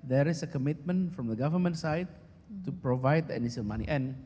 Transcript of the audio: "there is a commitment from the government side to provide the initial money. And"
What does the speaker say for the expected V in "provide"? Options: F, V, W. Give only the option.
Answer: V